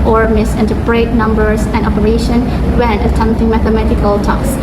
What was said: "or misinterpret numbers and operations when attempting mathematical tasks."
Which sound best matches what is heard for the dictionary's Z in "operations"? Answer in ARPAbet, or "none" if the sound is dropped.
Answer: none